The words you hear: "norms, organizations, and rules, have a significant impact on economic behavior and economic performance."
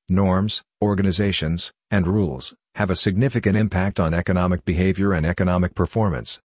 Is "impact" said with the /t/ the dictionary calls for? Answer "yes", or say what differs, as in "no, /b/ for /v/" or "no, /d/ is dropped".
yes